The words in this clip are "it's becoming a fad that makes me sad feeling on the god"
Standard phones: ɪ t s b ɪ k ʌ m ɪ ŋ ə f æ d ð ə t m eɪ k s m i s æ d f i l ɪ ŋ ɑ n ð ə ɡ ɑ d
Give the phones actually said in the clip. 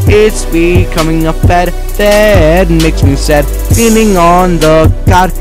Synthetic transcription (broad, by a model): ɪ t s b ɪ k ʌ m ɪ ŋ ə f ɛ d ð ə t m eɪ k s m i s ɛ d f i n ɪ ŋ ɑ n ð ə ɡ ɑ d